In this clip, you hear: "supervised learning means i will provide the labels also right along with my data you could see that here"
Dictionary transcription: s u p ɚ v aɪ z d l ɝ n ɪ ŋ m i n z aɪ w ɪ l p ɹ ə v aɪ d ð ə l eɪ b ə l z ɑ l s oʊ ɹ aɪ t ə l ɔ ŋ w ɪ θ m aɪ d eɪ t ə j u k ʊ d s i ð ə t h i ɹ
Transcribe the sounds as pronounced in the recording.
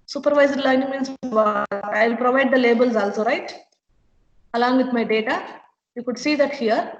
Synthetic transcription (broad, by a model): s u p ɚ v aɪ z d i l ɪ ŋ m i n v aɪ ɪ l p ɹ ə v aɪ d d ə l eɪ b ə l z ɑ l s oʊ ɹ aɪ t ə l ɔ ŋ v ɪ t m aɪ d eɪ t ə j u k ʊ d s i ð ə t h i ɹ